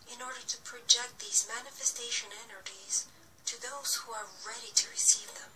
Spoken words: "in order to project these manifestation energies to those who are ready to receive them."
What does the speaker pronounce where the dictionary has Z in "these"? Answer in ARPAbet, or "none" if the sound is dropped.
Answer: Z